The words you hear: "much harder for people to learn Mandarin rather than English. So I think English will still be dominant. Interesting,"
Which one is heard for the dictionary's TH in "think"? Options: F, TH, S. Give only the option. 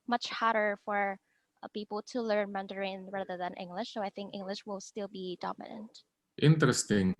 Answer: TH